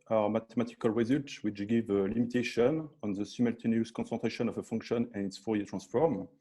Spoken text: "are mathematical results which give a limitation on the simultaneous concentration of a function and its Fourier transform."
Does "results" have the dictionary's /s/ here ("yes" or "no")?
no